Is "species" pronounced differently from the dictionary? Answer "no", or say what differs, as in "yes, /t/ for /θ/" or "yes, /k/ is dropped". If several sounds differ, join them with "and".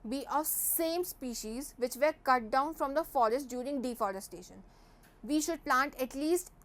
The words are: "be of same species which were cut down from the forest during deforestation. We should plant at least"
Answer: no